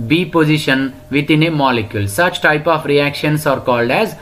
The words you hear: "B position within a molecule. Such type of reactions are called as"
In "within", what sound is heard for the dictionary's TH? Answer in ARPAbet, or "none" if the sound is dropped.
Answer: T